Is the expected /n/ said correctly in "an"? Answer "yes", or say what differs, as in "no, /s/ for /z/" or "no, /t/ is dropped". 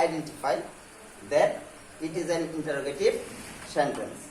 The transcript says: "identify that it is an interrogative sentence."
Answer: yes